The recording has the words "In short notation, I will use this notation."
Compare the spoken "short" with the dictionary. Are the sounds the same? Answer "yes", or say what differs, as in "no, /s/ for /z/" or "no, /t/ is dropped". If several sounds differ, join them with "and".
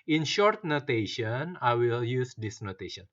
yes